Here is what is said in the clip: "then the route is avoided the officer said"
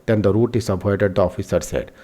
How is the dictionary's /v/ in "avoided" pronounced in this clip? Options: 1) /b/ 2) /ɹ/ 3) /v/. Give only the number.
1